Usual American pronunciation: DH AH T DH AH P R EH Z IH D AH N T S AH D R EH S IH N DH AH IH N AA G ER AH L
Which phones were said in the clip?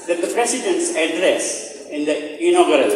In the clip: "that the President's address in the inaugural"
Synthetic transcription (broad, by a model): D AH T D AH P R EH S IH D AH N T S AH D R EH S IH N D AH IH N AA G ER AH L